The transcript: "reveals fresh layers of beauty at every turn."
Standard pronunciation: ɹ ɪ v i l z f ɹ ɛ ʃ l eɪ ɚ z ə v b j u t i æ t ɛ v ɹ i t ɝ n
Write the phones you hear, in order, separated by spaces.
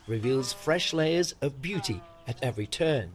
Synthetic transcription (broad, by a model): ɹ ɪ v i l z f ɹ ɛ ʃ l eɪ ɚ z ə v b j u t i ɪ t ɛ v ɹ i t ɝ n